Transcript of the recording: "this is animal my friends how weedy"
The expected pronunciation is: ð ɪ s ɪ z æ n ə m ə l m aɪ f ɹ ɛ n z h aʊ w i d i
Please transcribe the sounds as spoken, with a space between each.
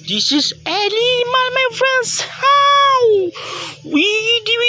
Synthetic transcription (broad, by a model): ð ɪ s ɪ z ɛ l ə m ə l m aɪ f ɹ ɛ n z h aʊ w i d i